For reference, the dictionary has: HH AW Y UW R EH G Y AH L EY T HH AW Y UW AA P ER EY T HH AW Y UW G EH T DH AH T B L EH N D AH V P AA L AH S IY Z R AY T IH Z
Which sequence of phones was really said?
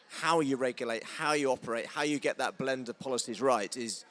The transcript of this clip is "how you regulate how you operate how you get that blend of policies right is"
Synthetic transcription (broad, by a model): HH AW Y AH R EH G Y AH L EY T HH AW Y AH AA P ER EY T HH AW Y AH G EH T DH AH T B L EH N D AH V P AA L AH S IY Z R AY T IH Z